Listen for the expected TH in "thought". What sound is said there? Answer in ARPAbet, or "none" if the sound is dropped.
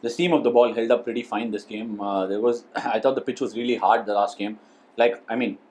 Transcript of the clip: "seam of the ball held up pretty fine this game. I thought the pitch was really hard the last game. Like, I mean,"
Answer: T